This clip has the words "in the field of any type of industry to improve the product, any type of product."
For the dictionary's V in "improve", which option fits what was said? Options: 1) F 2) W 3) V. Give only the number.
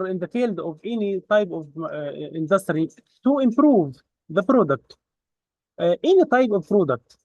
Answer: 3